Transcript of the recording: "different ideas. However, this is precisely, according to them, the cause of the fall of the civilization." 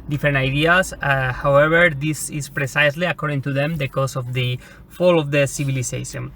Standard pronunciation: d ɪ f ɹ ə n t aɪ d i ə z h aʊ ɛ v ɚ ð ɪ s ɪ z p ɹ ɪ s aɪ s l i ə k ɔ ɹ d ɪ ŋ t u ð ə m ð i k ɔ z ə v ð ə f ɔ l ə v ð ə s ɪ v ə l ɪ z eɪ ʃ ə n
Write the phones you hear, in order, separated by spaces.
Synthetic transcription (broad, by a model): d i f ɹ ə n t aɪ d i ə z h aʊ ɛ b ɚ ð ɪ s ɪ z p ɹ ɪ s aɪ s l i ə k ɔ ɹ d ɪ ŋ t u ð ə m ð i k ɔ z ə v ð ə f ɔ l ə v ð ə s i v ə l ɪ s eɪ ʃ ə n